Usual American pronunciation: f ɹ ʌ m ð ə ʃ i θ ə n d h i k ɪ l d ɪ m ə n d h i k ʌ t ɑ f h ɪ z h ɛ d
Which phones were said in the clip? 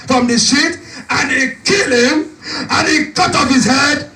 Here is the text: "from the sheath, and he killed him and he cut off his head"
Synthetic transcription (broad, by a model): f ɹ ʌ m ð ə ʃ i t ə n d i k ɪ l ɪ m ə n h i k ʌ t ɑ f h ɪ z h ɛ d